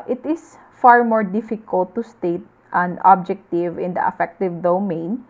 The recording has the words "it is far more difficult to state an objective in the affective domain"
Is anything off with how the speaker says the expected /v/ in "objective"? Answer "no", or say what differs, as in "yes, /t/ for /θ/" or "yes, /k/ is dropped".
no